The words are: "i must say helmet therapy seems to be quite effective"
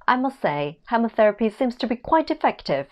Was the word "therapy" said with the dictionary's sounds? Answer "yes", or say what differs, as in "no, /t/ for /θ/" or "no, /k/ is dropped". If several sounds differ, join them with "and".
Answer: yes